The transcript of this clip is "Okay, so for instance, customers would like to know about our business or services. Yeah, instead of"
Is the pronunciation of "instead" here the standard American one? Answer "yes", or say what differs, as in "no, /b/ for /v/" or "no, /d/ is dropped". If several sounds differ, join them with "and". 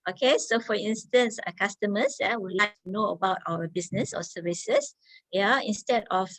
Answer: yes